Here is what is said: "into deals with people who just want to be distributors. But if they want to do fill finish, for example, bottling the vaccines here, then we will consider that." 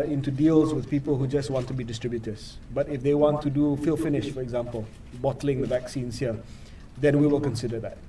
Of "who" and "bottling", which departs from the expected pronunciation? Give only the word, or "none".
none